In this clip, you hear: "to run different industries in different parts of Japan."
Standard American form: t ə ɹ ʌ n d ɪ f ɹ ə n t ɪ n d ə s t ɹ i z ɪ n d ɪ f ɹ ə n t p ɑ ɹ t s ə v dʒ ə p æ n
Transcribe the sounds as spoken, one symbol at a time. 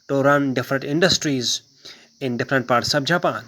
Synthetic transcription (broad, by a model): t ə ɹ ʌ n d ɪ f ɹ ə n t ɪ n d ə s t ɹ i z ɪ n d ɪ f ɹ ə n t p ɑ ɹ t s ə b dʒ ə p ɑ n